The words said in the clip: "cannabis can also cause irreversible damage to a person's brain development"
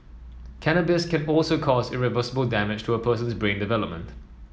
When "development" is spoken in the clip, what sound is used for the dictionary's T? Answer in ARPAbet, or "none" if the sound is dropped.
T